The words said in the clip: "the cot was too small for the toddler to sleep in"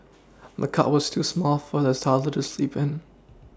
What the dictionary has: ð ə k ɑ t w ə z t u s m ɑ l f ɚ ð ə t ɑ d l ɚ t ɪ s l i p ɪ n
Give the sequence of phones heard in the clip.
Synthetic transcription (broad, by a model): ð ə k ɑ t w ə z t u s m ɑ l f ɚ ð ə s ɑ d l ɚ t ɪ s l i p ɪ n